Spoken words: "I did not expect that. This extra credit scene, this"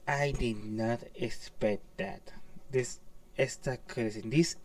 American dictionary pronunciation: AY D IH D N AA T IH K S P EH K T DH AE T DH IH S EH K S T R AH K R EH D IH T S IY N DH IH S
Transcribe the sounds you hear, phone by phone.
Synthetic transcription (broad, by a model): AY D IH D N AA T IH K S P EH K T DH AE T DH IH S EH S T AH K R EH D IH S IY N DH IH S